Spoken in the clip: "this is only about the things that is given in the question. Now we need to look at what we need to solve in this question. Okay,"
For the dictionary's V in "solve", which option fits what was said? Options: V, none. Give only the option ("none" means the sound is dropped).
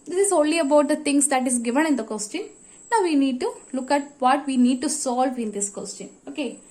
V